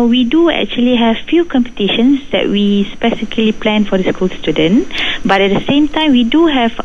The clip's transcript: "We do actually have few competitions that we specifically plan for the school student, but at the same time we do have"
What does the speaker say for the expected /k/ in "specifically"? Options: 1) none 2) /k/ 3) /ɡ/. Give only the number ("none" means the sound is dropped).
1